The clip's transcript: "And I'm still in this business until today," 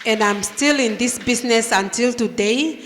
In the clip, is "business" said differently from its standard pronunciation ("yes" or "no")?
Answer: yes